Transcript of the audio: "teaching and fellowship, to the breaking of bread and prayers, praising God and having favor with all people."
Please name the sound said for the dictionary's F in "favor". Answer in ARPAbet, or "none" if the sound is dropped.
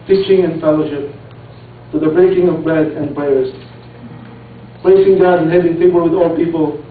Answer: P